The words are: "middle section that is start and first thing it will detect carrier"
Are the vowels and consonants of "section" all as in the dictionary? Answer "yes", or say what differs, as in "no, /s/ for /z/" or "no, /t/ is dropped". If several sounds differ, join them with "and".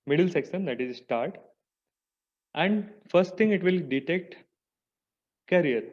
no, /s/ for /ʃ/